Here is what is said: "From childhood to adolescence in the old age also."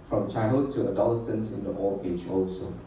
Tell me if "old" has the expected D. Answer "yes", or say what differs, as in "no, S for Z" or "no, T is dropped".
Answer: no, D is dropped